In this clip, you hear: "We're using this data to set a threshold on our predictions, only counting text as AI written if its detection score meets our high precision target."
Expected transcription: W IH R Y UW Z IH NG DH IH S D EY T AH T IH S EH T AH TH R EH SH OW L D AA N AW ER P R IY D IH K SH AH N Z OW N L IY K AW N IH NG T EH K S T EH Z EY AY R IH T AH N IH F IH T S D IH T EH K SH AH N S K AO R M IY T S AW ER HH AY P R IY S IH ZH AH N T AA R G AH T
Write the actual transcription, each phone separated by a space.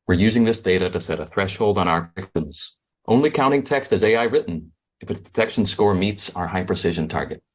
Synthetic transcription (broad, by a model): W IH R Y UW Z IH NG DH IH S D EY T AH T IH S EH T AH TH R EH SH OW L D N AW ER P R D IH K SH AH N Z OW N L IY K AW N IH NG T EH K S T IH Z EY AY R IH T N IH F IH T S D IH T EH K SH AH N S K AO R M IY T S AW ER HH AY P R IY S IH ZH AH N T AA R G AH T